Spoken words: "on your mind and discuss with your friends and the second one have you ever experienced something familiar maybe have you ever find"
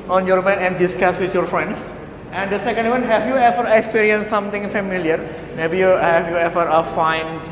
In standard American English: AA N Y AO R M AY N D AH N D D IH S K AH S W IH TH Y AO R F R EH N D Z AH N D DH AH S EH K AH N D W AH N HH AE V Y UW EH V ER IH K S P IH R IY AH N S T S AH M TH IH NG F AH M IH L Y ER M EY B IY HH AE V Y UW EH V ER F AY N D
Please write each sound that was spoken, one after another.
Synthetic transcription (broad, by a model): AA N Y AO R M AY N AH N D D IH S K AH S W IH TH Y AO R F R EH N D S AH N D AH S EH K AH N D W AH N HH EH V Y UW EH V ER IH K S P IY R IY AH N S S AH M T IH NG F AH M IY L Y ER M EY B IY HH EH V Y UW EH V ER F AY N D